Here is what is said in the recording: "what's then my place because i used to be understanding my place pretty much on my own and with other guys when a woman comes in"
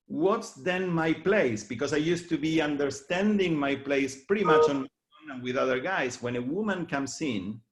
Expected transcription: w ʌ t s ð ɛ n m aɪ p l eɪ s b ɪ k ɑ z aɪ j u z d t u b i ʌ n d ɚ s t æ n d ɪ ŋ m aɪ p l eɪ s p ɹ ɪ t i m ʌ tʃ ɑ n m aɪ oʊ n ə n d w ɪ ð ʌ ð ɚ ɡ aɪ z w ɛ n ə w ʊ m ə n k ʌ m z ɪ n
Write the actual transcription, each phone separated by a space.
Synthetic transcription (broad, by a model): w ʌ t s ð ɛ n m aɪ p l eɪ s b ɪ k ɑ s aɪ j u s t u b i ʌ n d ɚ s t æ n d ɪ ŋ m aɪ p l eɪ s p ɹ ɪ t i m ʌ tʃ ɑ n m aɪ oʊ n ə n w ɪ ð ʌ ð ɚ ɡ aɪ s w ɛ n ə w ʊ m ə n k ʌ m s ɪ n